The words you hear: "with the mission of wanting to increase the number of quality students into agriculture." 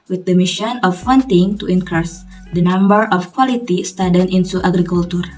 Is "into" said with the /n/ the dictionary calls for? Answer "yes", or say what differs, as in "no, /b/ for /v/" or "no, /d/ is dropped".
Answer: no, /n/ is dropped